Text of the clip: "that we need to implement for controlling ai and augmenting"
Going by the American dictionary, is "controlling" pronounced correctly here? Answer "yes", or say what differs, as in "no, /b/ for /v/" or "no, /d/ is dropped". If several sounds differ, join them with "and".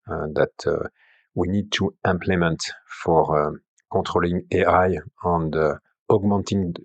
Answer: no, /n/ is dropped